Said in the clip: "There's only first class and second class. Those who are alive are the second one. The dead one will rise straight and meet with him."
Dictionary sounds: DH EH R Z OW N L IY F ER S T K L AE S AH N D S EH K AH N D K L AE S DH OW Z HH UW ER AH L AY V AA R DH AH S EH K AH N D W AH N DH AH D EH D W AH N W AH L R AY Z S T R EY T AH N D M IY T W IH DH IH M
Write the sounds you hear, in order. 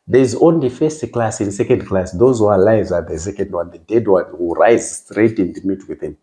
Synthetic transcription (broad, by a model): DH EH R Z OW N L IY F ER S T K L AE S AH N S EH K AH N D K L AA S DH OW Z HH UW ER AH L AY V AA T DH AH S EH K AH N D W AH N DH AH D EH D W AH N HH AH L R AY Z S T R EY T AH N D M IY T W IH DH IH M